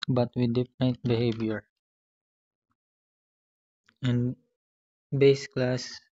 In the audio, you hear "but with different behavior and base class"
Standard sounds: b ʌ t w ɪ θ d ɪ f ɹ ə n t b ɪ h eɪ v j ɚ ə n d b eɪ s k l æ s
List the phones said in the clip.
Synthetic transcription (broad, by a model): b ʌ t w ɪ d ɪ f ə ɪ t b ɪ h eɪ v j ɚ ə n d b eɪ s k l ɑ s